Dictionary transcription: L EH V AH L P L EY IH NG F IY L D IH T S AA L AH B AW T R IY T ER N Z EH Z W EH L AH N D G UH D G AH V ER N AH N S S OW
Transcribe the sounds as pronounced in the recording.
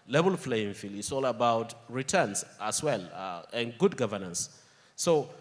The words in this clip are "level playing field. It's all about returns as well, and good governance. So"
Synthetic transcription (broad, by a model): L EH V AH L F L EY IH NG F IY L IH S AA L AH B AW T R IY T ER N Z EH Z W EH L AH N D G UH D G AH V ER N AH N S S OW